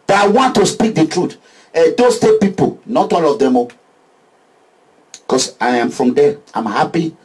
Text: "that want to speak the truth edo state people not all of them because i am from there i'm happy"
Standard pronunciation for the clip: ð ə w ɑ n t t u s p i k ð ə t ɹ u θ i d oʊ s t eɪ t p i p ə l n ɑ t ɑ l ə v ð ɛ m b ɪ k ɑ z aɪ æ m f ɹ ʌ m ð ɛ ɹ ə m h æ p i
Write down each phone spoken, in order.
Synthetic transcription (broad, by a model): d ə w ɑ n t t u s p i k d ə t ɹ u t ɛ d oʊ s t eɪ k p i p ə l n ɑ t ɑ l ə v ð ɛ m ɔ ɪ k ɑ s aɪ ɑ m f ɹ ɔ m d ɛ ə m h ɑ p i